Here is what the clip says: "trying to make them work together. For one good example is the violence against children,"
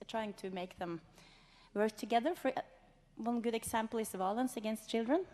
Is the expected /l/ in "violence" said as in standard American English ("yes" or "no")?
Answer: yes